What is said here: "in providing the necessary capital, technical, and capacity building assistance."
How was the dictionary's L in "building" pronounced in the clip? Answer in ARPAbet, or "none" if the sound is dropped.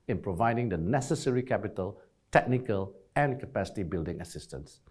L